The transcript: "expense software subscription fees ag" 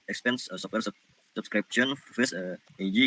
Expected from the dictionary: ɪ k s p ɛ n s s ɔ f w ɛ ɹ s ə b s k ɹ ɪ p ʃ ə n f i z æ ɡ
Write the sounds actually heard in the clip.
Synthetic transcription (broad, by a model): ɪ k s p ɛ n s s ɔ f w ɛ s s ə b s k ɹ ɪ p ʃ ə n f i s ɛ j